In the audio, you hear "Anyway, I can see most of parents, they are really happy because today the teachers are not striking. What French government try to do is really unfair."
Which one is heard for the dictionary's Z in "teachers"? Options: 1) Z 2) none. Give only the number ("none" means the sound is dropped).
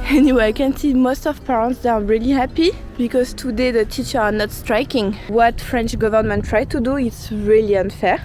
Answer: 2